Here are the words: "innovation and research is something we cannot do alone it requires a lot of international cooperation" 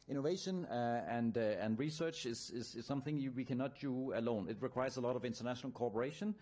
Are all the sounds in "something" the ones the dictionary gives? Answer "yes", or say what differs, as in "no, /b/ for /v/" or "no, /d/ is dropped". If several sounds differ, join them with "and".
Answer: yes